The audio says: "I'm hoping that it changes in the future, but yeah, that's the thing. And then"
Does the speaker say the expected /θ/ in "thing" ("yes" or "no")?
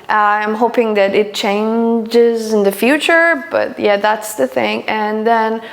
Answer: yes